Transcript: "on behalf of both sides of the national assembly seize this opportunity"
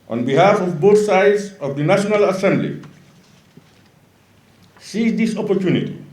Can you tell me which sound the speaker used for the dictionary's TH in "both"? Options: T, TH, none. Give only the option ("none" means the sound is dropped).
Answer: T